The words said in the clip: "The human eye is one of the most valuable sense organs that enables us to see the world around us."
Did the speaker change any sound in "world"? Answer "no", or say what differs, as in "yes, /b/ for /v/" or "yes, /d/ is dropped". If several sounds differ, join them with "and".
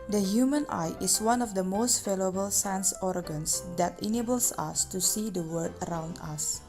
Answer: yes, /l/ is dropped